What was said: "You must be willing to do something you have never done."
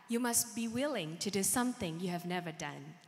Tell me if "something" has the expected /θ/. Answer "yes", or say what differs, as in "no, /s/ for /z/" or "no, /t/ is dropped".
yes